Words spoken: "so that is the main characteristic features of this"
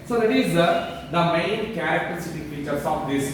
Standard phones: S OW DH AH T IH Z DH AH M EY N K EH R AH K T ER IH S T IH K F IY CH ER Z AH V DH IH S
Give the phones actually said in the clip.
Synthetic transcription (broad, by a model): S OW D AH T IH Z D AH M EY N K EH R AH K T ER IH T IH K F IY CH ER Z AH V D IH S